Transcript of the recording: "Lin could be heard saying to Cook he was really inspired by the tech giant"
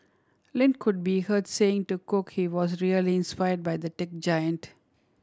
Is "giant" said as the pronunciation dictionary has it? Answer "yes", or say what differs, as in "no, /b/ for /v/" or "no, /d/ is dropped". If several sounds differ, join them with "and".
yes